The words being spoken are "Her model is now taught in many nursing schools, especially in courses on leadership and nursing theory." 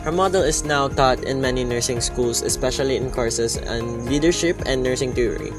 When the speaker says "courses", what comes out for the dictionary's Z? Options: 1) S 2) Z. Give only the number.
1